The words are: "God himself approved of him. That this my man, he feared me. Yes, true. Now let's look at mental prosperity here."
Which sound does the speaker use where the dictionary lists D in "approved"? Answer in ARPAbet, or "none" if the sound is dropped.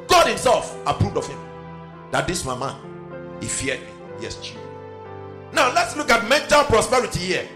D